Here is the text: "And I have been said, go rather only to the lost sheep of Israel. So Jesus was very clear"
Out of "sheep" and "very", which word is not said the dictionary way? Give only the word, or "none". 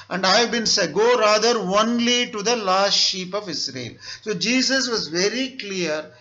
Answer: none